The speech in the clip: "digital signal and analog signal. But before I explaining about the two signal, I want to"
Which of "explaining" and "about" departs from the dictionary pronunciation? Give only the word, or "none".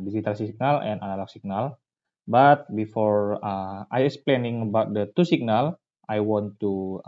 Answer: none